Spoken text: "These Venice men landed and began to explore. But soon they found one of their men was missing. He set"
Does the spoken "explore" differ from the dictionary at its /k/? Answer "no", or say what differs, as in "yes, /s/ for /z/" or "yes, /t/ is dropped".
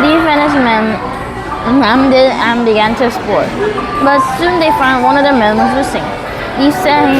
yes, /k/ is dropped